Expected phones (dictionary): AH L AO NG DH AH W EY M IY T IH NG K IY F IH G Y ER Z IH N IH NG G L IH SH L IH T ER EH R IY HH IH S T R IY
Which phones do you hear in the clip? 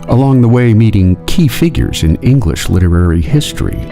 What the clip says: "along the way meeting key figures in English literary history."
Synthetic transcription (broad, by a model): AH L AO NG DH AH W EY M IY T IH NG K IY F IH G Y ER Z IH N IH NG G L IH SH L IH T ER EH R IY HH IH S T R IY